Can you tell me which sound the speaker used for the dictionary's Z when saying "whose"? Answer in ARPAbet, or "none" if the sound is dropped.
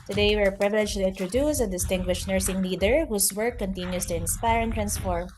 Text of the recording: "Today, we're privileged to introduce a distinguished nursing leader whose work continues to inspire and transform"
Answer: S